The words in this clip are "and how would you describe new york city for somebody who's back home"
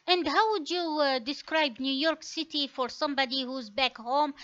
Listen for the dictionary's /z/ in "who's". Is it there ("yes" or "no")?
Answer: yes